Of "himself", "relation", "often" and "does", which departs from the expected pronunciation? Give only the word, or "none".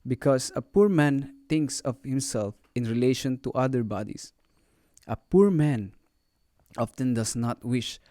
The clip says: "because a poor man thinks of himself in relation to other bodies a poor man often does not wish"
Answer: does